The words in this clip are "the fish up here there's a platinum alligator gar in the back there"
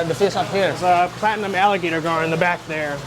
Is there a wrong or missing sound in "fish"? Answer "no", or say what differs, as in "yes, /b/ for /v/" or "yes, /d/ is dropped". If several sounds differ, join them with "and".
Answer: yes, /s/ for /ʃ/